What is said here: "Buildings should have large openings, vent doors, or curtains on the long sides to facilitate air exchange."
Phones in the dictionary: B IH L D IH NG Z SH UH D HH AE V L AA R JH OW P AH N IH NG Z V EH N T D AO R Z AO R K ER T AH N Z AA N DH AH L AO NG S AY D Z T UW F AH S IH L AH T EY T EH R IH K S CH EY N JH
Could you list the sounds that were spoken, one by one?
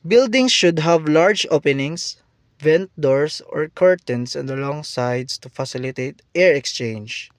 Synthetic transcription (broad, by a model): B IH L D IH NG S SH UH D HH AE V L AA R JH OW P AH N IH NG S V EH N T D AO R S AO R K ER T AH N S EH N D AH L AO NG S AY D S T UW F AH S IH L AH T EY T EH R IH K S CH EY N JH